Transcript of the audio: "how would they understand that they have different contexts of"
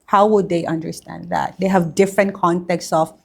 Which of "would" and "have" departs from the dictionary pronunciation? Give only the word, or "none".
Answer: none